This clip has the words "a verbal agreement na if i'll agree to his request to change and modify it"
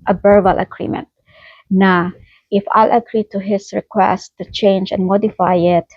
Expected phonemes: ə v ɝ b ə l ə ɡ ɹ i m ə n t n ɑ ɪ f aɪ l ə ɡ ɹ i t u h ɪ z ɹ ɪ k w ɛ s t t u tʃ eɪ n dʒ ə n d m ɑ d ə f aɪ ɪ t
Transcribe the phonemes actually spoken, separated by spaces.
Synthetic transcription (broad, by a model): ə b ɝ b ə l ə ɡ ɹ i m ə n t n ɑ ɪ f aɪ l ə ɡ ɹ i t u h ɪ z ɹ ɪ k w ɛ s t t u tʃ eɪ n dʒ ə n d m ɑ d ə f aɪ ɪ t